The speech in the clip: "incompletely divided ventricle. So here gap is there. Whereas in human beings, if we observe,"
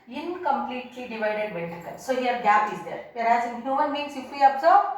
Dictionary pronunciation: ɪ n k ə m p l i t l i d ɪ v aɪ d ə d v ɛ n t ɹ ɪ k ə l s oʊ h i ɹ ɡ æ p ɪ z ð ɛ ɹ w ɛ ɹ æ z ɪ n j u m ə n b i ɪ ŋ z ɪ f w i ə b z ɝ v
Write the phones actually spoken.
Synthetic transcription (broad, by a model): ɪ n k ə m p l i t l i d ɪ v aɪ d ə d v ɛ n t ɪ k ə n s oʊ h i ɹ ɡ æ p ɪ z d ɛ ɹ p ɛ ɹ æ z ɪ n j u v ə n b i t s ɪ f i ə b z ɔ